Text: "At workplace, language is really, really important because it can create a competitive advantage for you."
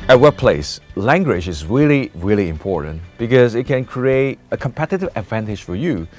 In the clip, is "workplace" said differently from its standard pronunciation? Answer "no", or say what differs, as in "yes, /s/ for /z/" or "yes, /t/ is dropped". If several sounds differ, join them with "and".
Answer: yes, /k/ is dropped